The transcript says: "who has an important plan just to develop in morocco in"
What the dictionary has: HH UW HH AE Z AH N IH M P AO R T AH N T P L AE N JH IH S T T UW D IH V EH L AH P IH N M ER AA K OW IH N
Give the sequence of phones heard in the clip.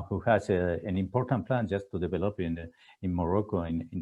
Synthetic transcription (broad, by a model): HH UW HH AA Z AH N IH M P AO R T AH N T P L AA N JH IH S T T UW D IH B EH L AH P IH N M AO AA K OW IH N